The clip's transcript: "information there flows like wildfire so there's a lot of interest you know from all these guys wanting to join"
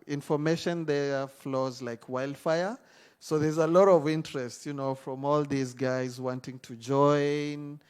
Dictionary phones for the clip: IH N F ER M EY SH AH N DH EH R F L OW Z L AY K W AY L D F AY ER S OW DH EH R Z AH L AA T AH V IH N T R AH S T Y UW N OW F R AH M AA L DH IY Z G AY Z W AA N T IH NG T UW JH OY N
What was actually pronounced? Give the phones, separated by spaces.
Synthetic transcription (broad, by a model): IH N F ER M EY SH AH N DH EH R F L OW Z L AY K W AY L D F AY ER S OW DH EH R Z AH L AA T AH V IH N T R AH S T Y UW N OW F R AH M AA L DH IY Z G AY Z W AA N T IH NG T UW JH OY N